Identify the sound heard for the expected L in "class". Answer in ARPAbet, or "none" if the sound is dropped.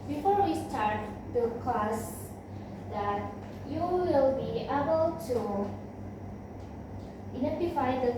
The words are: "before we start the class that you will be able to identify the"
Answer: none